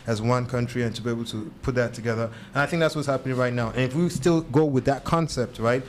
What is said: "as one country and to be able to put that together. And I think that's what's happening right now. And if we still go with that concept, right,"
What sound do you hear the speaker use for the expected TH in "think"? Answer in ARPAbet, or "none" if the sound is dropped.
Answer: TH